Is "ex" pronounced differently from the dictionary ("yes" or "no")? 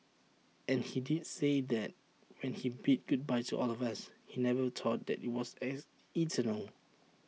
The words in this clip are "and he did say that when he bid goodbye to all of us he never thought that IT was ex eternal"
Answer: yes